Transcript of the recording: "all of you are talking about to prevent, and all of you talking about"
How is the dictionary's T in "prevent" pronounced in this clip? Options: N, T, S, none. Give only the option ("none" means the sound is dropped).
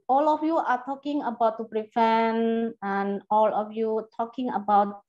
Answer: none